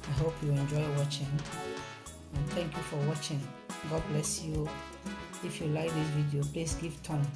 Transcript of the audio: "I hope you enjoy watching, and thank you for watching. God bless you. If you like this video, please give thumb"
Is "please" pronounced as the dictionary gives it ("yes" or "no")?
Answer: no